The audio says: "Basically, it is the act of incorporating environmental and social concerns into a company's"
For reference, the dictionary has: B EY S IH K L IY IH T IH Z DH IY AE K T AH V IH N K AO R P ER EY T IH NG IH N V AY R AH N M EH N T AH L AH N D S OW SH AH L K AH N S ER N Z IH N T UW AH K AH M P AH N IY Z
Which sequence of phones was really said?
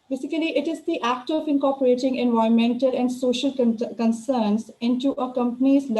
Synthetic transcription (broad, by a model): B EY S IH K L IY IH T IH Z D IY AE K T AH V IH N K AO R P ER EY T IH NG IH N V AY AH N M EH N T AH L AH N D S OW SH AH L K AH N S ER N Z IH N T UW AH K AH M P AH N IY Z